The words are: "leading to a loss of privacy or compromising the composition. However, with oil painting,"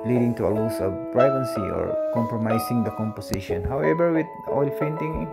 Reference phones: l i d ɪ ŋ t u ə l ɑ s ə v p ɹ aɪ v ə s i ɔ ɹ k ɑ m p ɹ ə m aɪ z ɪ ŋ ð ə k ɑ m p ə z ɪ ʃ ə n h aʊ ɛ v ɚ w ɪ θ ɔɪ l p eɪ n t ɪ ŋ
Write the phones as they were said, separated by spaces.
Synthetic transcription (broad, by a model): l i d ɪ ŋ t u ə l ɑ s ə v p ɹ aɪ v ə s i ɔ ɹ k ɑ m p ɹ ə m aɪ s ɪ ŋ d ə k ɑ m p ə s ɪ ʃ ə n h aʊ ɛ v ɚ w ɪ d ɔɪ l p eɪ n t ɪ ŋ